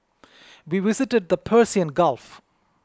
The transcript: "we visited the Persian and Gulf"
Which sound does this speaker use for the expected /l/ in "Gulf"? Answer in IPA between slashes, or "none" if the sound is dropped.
/l/